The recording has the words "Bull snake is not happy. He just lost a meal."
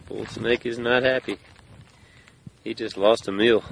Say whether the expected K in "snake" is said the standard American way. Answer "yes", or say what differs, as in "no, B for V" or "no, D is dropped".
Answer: yes